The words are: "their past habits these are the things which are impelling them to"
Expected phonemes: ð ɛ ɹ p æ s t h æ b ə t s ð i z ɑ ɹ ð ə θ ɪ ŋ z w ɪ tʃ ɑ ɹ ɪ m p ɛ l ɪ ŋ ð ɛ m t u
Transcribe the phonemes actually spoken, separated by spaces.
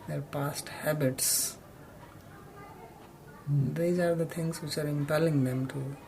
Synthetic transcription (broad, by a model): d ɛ ɹ p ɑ s t h æ b ə t s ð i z ɑ ɹ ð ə t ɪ ŋ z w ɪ tʃ ɑ ɹ ɪ m p ɛ l ɪ ŋ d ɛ m t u